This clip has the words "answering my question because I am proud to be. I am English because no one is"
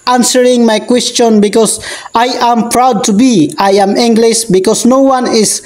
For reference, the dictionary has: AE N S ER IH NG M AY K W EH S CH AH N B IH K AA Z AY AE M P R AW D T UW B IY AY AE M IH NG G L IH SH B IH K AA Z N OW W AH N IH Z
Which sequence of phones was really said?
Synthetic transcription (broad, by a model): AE N S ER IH NG M AY K W EH S CH AH N B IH K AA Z AY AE M P R AW D T UW B IY AY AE M IH NG G L IH SH B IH K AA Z N OW W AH N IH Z